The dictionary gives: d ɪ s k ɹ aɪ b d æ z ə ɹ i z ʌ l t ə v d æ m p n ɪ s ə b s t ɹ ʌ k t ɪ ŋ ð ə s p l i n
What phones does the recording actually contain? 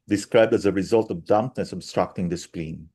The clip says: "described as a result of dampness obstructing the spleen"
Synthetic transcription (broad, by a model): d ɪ s k ɹ aɪ b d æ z ə ɹ i z ʌ l t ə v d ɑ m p n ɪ s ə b s t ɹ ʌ k t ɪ ŋ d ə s p l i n